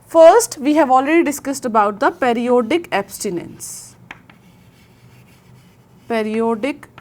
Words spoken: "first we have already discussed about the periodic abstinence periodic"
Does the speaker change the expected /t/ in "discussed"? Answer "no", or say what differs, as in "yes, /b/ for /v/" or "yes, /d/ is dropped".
no